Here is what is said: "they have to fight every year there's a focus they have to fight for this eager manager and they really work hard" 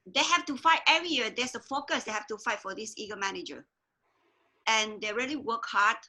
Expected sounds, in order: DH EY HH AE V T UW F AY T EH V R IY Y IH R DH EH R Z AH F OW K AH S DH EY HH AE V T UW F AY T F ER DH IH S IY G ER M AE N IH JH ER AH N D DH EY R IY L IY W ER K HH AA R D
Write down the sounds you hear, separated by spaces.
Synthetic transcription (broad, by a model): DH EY HH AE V T UW F AY T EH R IY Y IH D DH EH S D AH F OW K AH S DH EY HH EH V T UW F AY T F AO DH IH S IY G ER M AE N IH JH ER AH N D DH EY R IY L IY W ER K HH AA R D